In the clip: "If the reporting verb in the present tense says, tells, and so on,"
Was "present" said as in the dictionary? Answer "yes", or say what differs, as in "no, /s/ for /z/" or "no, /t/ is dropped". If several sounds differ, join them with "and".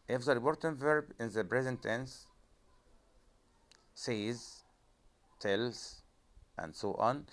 no, /b/ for /p/